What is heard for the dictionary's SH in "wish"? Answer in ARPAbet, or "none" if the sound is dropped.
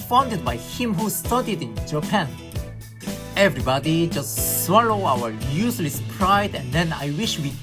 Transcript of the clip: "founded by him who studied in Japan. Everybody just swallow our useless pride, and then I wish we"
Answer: SH